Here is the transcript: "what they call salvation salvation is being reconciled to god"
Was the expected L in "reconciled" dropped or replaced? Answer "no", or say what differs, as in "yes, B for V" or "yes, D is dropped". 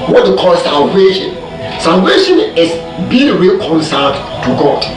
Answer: yes, L is dropped